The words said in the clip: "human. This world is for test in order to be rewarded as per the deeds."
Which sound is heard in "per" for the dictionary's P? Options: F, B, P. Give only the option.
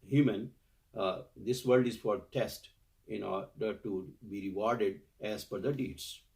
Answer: F